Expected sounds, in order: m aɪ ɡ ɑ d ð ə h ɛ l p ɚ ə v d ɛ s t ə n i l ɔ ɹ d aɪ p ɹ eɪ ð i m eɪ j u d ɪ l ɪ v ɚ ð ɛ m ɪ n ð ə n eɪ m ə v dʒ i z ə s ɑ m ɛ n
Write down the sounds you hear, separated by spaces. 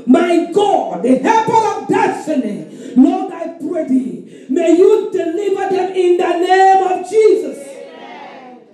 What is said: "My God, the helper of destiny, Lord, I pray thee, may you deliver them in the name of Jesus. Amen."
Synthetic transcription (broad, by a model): m aɪ ɡ ɑ d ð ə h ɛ p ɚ ə v d ɛ s t ə n i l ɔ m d aɪ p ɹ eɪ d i m eɪ j u d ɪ l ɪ v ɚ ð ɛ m ɪ n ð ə n eɪ m ə v dʒ i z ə s